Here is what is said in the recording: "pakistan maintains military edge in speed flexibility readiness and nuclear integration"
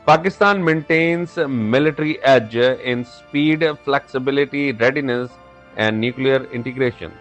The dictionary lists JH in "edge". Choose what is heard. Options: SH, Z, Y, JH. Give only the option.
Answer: JH